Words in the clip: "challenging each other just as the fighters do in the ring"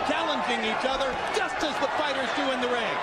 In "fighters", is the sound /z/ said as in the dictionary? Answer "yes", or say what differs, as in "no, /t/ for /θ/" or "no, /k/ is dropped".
yes